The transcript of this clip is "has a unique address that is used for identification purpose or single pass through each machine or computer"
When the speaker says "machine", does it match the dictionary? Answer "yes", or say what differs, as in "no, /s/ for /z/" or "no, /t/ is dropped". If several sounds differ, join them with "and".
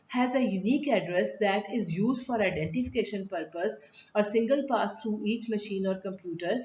yes